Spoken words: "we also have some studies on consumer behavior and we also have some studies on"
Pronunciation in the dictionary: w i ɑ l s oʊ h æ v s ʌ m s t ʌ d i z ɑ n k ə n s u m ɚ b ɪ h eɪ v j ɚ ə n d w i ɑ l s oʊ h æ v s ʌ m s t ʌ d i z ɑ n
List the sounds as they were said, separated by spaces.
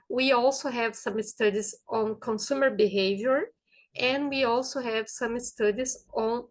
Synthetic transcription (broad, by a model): w i ɑ l s oʊ h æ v s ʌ m s t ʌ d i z ɑ n k ə n s u m ɚ b ɪ h eɪ v j ɚ ə n d w i ɑ l s oʊ h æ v s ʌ m s t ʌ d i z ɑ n